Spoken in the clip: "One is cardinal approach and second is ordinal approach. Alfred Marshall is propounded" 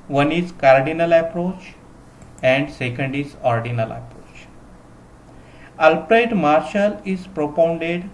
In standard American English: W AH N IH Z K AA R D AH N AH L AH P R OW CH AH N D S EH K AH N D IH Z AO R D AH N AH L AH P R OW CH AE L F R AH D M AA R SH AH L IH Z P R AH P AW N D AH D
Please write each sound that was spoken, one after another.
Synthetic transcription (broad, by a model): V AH N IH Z K AA R D AH N AH L AH P R OW CH AH N D S EH K AH N D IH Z AO R D AH N AH L AH P R OW CH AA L P R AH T M AA R SH AH L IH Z P R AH P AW N D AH D